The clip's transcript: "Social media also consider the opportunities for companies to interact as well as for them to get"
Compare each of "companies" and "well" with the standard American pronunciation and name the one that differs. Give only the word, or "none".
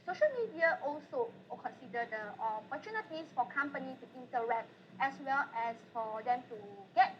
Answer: companies